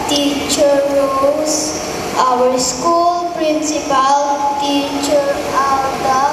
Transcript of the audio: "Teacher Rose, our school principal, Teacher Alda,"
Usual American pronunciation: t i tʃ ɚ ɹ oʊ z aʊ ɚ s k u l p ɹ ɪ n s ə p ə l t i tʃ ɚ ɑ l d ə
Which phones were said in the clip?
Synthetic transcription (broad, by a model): t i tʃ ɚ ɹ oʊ s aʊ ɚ s k u l p ɹ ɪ n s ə p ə l t i tʃ ɚ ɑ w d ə